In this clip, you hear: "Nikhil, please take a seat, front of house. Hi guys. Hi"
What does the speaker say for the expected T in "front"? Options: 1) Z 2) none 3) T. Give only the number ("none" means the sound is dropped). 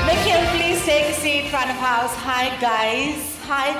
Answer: 2